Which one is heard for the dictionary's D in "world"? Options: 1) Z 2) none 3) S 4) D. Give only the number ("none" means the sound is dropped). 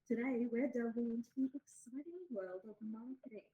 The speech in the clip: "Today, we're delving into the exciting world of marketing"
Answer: 4